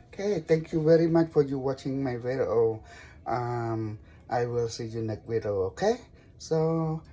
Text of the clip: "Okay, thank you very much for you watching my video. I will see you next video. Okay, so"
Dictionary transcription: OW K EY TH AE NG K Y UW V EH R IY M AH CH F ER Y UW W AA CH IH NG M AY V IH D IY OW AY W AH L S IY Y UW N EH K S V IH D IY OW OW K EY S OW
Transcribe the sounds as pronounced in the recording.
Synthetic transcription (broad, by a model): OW K EY T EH NG K Y UW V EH R IY M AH CH F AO Y UW W AA CH IH NG M AY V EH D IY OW AY W AH L S IY Y UW N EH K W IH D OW OW K EY S OW